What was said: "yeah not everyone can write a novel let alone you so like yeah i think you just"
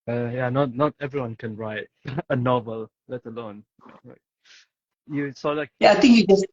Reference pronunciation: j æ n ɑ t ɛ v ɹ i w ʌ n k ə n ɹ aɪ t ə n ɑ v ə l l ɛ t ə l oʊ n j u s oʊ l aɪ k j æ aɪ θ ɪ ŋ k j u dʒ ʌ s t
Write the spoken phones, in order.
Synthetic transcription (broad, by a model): j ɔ n ɑ t ɛ v ɹ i w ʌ n k ə n ɹ aɪ t ə n ɑ v ə l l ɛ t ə l oʊ n j u s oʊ l aɪ k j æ aɪ t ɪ ŋ k j u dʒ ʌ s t